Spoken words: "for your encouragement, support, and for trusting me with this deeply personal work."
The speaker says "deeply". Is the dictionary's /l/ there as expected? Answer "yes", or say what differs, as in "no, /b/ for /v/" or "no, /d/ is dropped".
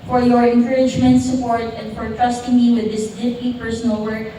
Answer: no, /l/ is dropped